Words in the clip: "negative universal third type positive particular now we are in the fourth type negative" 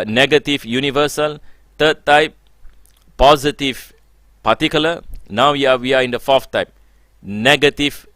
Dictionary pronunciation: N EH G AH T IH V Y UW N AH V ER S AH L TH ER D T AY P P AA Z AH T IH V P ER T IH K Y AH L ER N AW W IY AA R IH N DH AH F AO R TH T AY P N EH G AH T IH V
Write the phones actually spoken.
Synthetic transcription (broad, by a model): N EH G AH T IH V Y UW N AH V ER S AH L T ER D T AY P P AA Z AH T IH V P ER T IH K Y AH L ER N AW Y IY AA W IH N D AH F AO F T AY P N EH G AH T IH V